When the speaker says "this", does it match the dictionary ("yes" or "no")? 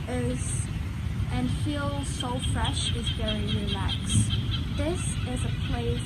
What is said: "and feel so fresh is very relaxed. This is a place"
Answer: yes